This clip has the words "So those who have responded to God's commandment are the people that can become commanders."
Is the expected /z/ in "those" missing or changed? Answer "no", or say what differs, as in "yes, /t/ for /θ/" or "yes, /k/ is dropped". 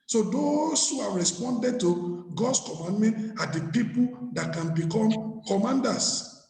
yes, /s/ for /z/